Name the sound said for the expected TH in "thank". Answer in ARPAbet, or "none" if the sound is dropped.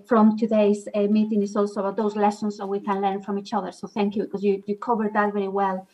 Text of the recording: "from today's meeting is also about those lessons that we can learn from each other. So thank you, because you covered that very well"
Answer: TH